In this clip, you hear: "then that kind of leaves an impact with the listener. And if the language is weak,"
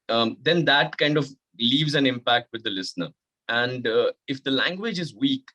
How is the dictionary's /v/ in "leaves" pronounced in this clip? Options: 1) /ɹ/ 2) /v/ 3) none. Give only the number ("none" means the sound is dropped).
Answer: 2